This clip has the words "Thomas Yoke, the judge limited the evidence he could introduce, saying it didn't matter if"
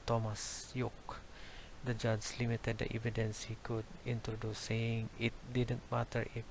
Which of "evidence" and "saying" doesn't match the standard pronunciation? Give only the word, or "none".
none